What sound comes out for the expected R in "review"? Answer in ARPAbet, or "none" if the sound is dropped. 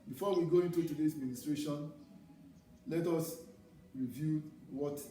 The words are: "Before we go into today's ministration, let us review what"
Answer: R